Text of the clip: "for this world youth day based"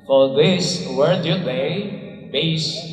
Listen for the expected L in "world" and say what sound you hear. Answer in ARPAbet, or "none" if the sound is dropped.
none